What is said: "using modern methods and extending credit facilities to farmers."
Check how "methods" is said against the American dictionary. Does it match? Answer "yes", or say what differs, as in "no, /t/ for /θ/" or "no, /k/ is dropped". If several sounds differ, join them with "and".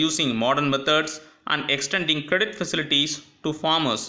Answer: no, /t/ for /θ/